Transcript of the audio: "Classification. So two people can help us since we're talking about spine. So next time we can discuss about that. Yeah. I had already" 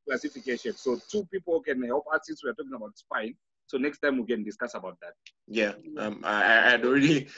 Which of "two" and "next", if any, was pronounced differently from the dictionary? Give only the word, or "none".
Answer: none